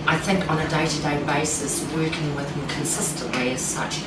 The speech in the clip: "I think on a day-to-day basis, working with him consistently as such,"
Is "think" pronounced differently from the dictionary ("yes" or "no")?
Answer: no